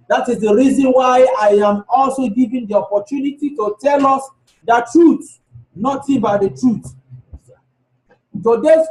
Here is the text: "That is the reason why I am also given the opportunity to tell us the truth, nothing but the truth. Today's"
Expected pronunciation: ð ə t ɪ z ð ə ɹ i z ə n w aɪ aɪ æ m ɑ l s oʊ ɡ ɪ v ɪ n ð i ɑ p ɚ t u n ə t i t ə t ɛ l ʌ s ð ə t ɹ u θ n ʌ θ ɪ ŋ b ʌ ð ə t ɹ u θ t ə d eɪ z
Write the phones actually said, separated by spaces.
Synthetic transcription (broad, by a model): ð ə t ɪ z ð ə ɹ i z ə n w aɪ aɪ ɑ m ɑ l s oʊ ɡ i v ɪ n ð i ɑ p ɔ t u n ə t i t ə t ɛ l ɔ s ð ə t ɹ u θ n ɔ t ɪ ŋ b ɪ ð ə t ɹ u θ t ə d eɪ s